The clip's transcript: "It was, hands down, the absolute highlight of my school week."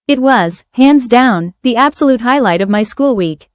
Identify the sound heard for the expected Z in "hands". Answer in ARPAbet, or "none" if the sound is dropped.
Z